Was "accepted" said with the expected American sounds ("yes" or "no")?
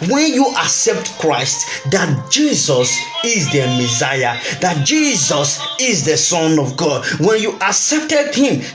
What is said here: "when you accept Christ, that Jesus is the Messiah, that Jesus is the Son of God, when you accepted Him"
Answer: yes